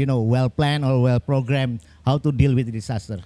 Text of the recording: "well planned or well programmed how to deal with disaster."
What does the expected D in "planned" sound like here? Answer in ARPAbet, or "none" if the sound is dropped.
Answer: none